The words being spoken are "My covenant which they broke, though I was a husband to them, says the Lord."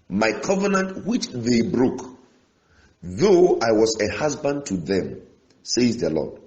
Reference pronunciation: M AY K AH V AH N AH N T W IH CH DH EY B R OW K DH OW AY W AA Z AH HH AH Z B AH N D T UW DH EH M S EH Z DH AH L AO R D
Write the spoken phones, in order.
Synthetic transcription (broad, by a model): M AY K AH V AH N AH N T W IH CH DH EY B R OW K DH OW AY W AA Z AH HH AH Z B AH N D T UW DH EH M S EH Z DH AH L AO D